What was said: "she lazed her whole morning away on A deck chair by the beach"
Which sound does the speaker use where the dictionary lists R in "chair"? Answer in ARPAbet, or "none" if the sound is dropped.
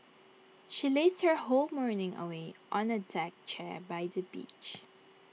R